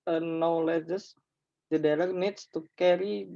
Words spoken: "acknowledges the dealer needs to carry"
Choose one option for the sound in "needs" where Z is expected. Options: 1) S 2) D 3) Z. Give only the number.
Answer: 1